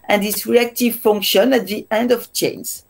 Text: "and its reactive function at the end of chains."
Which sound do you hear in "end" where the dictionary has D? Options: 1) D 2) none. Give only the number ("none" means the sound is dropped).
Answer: 1